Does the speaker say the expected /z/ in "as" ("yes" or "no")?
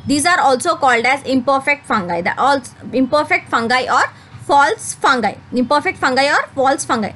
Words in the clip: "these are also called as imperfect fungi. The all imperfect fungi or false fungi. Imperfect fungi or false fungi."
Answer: yes